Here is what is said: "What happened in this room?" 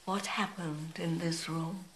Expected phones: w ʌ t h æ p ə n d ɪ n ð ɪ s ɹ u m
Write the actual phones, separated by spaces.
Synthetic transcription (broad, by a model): w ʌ t h æ p ə n d ɪ n ð ɪ s ɹ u m